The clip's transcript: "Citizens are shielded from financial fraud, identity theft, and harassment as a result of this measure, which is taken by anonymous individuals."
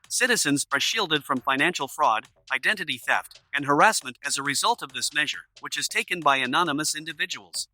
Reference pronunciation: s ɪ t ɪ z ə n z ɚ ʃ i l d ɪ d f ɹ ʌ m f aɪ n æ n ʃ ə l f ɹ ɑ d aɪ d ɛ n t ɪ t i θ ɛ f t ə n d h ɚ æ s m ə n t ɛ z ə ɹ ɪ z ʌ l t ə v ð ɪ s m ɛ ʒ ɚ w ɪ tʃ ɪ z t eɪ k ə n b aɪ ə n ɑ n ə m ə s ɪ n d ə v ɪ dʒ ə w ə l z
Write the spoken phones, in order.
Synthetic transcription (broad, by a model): s ɪ t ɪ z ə n z ɚ ʃ i l d ɪ d f ɹ ʌ m f aɪ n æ n ʃ l f ɹ ɑ d aɪ d ɛ n t ɪ t i θ ɛ f t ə n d h ɚ æ s m ə n t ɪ z ə ɹ ɪ z ʌ l t ə v ð ɪ s m ɛ ʒ ɚ w ɪ tʃ ɪ z t eɪ k ə n b aɪ ə n ɑ n ə m ə s ɪ n d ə v ɪ dʒ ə w l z